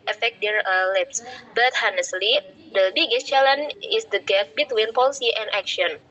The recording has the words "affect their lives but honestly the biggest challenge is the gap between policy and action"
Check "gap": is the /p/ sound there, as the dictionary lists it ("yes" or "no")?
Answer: no